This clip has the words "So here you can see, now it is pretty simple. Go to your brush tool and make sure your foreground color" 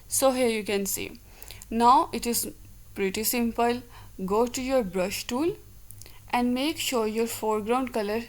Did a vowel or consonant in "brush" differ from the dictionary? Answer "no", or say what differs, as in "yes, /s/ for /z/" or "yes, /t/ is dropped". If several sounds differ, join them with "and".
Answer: no